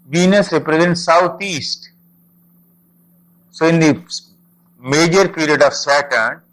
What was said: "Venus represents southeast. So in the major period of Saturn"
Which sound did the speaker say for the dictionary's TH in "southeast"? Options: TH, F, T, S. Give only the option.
T